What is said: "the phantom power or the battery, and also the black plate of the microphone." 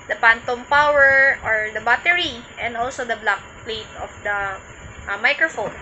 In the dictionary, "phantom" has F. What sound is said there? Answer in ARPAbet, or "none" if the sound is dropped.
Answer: P